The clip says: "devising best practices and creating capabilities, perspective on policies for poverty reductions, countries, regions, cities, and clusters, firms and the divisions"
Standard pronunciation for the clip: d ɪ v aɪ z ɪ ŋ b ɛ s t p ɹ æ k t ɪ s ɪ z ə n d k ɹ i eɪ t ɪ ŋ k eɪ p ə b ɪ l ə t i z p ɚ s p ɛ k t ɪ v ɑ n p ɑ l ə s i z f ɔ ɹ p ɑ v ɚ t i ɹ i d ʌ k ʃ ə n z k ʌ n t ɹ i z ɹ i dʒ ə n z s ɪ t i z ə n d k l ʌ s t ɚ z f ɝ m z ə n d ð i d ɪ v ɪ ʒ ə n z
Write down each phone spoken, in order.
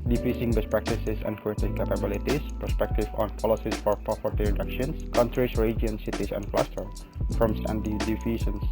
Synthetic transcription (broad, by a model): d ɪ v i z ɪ ŋ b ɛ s p ɹ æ k t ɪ s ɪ s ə n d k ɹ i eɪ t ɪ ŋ k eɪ p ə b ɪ l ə t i s p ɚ s p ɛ k t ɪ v ɑ n p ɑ l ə s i s f ɔ ɹ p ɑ f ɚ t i ɹ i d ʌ k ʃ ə n s k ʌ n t ɹ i s ɹ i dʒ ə n s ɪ t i s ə n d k l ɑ s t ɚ f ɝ m s ə n d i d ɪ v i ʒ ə n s